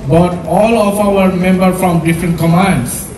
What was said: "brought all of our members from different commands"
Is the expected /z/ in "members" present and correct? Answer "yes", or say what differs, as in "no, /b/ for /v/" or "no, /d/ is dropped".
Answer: no, /z/ is dropped